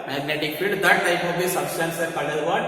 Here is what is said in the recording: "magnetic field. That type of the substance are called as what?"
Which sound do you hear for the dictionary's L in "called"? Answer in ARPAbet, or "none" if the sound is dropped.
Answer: none